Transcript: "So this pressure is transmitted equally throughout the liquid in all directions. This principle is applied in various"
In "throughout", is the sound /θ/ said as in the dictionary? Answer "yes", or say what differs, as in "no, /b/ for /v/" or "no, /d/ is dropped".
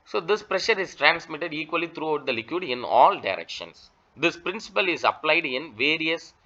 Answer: no, /t/ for /θ/